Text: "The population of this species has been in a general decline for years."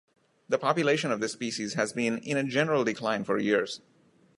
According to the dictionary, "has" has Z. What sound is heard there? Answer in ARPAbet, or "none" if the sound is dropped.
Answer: Z